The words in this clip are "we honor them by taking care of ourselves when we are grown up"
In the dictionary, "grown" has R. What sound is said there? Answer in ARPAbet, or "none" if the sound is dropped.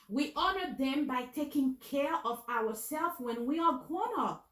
none